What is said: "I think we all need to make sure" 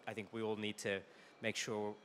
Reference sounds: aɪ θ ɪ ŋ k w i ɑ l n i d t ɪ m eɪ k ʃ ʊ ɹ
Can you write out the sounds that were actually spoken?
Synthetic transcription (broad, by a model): aɪ θ ɪ ŋ k w i ɑ l n i d t ɪ m eɪ k ʃ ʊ ɹ